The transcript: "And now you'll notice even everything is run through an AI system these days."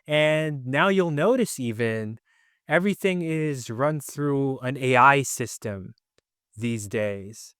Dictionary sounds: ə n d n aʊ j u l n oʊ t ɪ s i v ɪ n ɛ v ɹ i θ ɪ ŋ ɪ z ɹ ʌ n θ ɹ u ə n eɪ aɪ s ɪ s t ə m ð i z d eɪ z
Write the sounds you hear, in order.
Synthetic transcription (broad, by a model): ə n n aʊ j u l n oʊ t ɪ s i v ɪ n ɛ v ɹ i θ ɪ ŋ ɪ z ɹ ʌ n θ ɹ u ə n eɪ aɪ s ɪ s t ə m ð i z d eɪ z